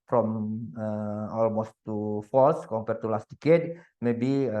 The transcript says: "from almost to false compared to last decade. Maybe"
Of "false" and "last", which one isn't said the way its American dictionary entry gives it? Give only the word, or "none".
false